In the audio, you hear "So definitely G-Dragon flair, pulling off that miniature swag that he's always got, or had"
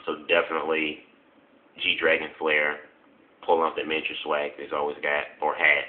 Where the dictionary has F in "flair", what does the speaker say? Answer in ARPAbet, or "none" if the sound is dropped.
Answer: F